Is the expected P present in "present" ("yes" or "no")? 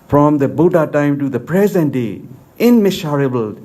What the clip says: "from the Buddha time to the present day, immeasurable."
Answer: yes